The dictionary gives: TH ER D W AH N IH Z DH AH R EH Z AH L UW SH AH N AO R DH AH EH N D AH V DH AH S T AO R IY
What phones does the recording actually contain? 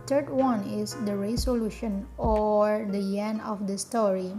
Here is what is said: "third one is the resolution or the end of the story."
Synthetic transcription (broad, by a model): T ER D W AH N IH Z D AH R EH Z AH L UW SH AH N AO R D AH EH N AH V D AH S T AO R IY